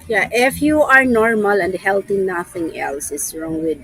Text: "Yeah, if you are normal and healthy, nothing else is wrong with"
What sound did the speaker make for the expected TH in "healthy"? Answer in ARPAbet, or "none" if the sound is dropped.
T